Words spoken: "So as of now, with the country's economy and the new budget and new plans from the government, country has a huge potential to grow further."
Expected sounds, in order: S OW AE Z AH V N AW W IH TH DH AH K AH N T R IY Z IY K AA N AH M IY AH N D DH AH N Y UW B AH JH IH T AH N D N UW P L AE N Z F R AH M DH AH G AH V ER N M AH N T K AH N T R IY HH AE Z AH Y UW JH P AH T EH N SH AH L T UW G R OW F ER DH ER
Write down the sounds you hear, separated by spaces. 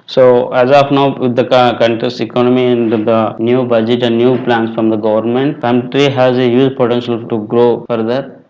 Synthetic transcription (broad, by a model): S OW AE Z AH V N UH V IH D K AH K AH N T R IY S IY K AA N AH M IY AH N D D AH N Y UW B AH JH IH T AH N D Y UW P L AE N S F R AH M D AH G AH V ER N M AH N T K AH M T R IY HH AE Z AH Y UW Z P AH T EH N SH AH L T UW G R OW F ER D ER